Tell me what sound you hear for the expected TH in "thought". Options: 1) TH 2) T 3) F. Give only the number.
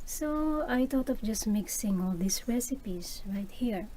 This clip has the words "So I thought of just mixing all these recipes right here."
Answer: 2